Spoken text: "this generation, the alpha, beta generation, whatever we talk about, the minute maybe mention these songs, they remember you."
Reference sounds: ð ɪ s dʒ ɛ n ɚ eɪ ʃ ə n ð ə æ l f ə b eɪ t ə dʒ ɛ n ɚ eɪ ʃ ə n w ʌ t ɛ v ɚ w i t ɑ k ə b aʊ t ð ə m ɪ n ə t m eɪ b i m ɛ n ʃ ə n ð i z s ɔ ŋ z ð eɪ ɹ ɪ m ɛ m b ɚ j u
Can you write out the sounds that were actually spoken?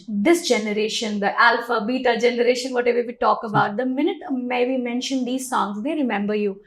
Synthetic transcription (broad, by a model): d ɪ s dʒ ɛ n ɚ eɪ ʃ ə n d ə æ l f ə b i t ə dʒ ɛ n ɚ eɪ ʃ ə n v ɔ t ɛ v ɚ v i t ɑ k ə b aʊ t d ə m ɪ n ə t m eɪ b i m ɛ n ʃ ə n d i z s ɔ ŋ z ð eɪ ɹ ɪ m ɛ m b ɚ j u